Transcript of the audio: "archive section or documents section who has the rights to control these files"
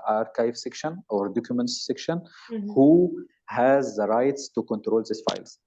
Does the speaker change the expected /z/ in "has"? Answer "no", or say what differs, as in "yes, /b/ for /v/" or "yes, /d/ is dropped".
no